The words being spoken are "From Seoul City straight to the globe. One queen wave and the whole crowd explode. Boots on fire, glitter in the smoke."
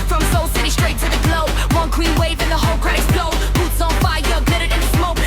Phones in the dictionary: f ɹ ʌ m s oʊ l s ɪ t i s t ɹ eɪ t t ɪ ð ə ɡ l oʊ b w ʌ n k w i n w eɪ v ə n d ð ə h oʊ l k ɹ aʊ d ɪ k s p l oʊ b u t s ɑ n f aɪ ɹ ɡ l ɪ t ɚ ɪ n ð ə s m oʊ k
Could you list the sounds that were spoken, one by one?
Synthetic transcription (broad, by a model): f ɹ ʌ m s oʊ l s ɪ t i s t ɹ eɪ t t ɪ ð ə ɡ l oʊ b w ʌ n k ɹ i n w eɪ v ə n ð ə h oʊ l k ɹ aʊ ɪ s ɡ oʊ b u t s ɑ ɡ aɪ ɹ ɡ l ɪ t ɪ ɪ n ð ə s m oʊ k